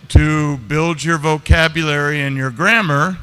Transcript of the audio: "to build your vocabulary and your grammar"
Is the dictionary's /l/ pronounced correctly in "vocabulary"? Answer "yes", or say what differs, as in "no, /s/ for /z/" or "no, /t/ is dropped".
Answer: yes